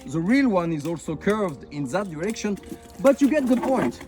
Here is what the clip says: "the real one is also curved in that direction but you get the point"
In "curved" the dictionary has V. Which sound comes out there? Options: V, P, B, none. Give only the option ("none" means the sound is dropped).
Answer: V